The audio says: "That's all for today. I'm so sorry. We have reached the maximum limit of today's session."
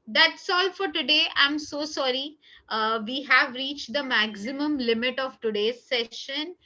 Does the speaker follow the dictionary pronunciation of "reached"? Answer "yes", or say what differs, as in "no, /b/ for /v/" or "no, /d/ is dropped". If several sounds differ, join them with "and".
yes